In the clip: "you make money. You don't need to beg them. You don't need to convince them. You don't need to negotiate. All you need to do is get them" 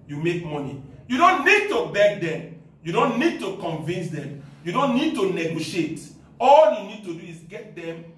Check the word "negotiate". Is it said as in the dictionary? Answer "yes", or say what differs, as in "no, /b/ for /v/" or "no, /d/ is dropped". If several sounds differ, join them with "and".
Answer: yes